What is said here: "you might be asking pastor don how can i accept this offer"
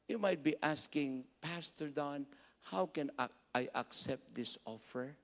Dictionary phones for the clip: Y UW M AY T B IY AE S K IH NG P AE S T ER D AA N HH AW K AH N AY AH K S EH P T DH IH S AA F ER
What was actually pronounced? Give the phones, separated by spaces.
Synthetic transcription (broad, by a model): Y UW M AY T B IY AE S K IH NG P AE S T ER D AA N HH AW K AH N AY AH K S EH P T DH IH S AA F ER